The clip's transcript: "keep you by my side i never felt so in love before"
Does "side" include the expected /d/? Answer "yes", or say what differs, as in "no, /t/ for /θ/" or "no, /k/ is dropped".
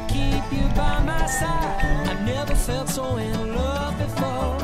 no, /d/ is dropped